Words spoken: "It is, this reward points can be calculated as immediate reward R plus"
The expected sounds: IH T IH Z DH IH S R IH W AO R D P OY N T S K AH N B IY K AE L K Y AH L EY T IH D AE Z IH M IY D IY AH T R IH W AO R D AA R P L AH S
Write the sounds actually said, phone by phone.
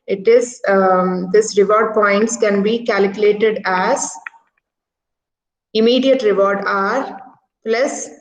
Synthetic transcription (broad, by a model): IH T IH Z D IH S R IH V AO R D P OY N T S K AH N B IY K AE L K Y AH L EY T IH D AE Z IH M IY D IY AH T R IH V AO R D AA R P L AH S